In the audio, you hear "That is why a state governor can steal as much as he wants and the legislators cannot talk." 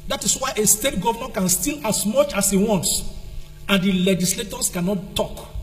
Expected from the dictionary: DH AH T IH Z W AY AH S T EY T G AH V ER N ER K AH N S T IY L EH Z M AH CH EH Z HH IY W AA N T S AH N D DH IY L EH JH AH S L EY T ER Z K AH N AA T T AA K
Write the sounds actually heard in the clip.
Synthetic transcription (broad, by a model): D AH T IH S W AY AH S T EY T G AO V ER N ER K AH N S T IY L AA S M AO CH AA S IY W AA N T S AH N D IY L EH JH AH S L EY T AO S K AH N AA T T AA K